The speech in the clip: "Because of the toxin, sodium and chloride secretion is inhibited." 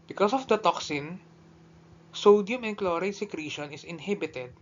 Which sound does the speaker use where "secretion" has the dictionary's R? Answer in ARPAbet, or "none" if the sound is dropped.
R